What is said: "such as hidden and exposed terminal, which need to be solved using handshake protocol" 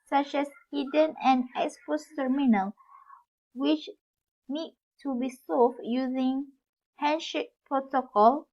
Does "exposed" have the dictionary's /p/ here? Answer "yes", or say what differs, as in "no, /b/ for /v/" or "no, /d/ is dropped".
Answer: no, /f/ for /p/